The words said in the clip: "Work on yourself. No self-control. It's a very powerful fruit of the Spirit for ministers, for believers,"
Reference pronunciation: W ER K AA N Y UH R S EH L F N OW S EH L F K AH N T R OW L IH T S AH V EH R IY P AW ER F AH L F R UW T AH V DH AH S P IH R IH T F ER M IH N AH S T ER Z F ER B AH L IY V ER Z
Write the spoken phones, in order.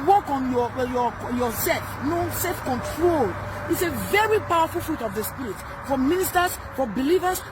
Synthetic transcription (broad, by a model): W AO K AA N Y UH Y S EH L F N OW S EH L F K AH N T R OW L IH T S AH V EH R IY P AW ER F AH L F R UW T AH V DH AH S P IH R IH T F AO M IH N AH S T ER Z F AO B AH L IY V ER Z